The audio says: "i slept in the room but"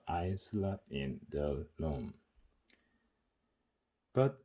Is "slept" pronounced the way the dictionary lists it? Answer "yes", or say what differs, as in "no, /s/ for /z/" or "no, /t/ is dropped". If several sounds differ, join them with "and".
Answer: no, /p/ is dropped